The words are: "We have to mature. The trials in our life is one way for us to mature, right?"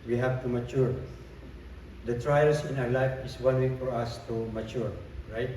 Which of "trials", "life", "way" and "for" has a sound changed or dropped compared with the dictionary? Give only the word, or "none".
trials